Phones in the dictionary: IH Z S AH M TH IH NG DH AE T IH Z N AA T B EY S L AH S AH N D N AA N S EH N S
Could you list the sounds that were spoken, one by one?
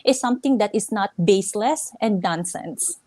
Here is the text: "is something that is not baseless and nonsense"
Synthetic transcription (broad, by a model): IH S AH M T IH NG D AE T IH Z N AA T B EY S L AH S AH N D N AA N S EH N S